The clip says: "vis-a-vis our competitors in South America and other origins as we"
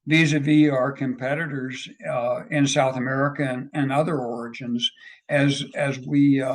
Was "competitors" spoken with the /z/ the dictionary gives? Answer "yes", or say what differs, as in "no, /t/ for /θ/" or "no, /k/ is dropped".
yes